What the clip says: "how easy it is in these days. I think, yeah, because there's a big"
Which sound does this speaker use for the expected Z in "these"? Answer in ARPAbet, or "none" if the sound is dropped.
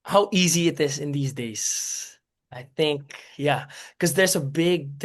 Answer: Z